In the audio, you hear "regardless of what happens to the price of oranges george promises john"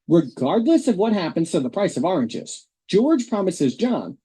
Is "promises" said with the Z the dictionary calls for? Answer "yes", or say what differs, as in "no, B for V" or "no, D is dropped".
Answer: yes